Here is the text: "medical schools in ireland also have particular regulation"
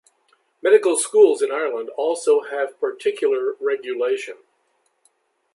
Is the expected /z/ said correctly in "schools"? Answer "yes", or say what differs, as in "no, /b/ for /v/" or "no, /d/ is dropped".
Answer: yes